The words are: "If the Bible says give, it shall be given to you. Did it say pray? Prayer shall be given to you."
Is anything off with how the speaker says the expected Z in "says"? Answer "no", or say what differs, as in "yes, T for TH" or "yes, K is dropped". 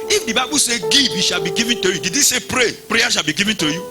yes, Z is dropped